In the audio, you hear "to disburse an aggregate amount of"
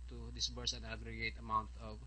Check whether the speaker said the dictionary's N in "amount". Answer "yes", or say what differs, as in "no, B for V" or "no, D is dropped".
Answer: yes